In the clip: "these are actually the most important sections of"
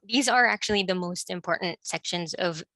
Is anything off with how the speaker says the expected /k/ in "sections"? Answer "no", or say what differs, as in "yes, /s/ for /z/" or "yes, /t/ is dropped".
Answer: no